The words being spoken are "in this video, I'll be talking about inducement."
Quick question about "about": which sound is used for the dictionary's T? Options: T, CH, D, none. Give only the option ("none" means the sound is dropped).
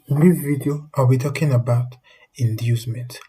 T